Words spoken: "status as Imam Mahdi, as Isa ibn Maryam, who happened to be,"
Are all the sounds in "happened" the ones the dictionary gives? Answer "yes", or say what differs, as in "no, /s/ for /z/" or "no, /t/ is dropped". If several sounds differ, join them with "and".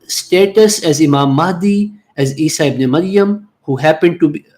yes